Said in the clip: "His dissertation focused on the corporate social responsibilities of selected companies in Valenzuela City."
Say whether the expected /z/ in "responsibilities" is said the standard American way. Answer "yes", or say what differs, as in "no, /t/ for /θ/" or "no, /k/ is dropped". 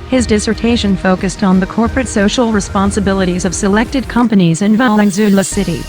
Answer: yes